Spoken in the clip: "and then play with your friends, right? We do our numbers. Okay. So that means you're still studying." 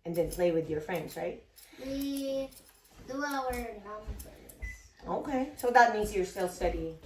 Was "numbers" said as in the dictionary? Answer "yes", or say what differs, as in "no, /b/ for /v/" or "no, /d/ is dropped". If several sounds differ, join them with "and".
no, /b/ is dropped